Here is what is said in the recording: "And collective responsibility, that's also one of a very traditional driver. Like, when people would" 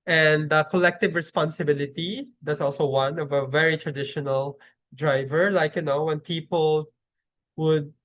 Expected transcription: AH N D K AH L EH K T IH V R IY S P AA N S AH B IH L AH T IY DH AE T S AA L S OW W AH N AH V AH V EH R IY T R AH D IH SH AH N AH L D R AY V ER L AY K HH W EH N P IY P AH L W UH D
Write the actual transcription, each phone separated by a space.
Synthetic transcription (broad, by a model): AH N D K AH L EH K T IH V R IY S P AA N S AH B IH L AH T IY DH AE T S AA L S OW W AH N AH V AH V EH R IY T R AH D IH SH AH N AH L D R AY V ER L AY K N W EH N P IY P AH L W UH D